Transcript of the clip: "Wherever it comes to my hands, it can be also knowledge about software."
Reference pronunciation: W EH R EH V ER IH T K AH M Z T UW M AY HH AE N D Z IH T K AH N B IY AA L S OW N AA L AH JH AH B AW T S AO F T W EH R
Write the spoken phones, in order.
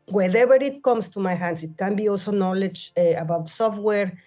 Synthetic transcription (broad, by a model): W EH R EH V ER IH T K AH M S T UW M AY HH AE N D S IH T K AH N B IY AA L S OW N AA L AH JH AH B AW T S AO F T W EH R